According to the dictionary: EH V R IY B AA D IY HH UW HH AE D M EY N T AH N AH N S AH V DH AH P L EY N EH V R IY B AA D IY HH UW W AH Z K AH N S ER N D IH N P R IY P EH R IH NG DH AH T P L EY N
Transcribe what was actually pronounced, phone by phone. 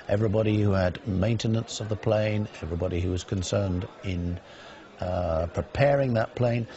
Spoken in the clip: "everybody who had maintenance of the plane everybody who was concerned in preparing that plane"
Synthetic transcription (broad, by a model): EH V R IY B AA D IY HH UW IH D M EY N T AH N AH N S AH V DH AH P L EY N EH V R IY B AA D IY HH UW W AH Z K AH N S ER N D IH N P R IY P EH R IH NG DH AH T P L EY N